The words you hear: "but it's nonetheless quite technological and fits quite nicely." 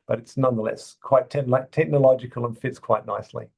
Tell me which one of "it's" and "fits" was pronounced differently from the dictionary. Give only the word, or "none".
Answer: none